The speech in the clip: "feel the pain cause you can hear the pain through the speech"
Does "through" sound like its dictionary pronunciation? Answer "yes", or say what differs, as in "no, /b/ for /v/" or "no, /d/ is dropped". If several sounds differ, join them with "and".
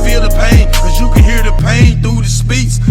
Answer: no, /ɹ/ is dropped